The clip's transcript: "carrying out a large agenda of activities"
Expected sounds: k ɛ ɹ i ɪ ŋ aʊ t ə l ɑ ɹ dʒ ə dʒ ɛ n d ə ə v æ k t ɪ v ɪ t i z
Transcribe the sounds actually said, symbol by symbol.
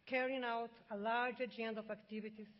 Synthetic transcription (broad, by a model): k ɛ ɹ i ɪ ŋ aʊ t ə l ɑ ɹ dʒ ə dʒ ɛ n d ə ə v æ k t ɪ v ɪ t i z